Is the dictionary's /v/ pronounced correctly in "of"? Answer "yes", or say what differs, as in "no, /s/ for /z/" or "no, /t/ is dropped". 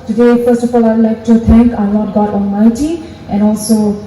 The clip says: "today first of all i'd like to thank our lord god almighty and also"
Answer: no, /f/ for /v/